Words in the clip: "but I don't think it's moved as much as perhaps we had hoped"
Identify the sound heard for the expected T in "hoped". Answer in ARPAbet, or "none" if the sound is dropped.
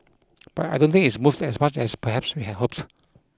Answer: T